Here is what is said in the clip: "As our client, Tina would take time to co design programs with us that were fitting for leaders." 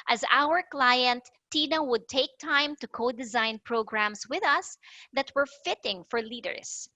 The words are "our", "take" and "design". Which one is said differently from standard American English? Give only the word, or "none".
none